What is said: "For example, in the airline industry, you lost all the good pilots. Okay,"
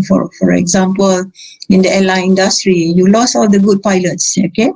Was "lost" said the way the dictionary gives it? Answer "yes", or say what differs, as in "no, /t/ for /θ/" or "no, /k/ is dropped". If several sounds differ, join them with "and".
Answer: no, /t/ is dropped